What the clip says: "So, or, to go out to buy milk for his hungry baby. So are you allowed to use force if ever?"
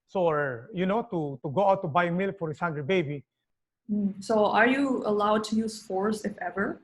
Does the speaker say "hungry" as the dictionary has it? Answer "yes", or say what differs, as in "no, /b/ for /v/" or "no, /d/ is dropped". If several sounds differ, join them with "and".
no, /ɹ/ is dropped